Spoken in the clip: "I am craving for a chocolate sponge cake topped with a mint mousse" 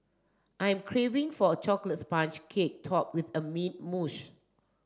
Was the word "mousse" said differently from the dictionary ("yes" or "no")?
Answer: yes